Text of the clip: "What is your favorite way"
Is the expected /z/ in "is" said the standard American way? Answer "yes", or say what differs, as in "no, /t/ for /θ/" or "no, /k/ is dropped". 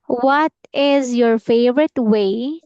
yes